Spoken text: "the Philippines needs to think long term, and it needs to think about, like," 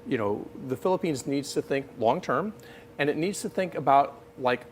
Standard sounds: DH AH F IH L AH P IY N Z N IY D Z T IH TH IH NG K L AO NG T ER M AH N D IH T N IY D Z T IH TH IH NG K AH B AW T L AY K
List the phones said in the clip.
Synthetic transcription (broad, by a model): DH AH F IH L AH P IY N Z N IY D Z T IH TH IH NG K L AO NG T ER M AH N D IH T N IY D Z T IH TH IH NG K AH B AW T L AY K